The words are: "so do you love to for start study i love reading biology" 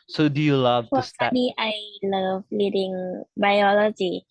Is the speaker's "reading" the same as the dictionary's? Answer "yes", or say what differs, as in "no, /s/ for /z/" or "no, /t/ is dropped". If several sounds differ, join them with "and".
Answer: no, /l/ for /ɹ/